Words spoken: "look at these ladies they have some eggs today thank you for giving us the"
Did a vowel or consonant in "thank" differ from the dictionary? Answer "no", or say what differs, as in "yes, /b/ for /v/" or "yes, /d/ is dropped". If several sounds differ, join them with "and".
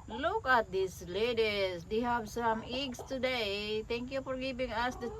yes, /t/ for /θ/